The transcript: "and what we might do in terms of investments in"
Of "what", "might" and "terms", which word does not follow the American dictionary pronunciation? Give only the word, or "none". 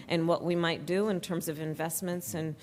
none